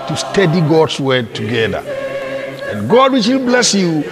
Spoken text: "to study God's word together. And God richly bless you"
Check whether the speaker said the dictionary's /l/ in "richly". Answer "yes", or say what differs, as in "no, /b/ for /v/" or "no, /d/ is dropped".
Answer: no, /w/ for /l/